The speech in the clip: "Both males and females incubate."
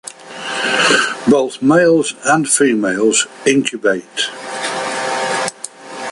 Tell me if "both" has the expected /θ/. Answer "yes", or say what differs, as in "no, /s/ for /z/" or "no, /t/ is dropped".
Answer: yes